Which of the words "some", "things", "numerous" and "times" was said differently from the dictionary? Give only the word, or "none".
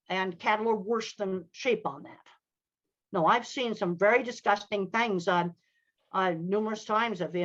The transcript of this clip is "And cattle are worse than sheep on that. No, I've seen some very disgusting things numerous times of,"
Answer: none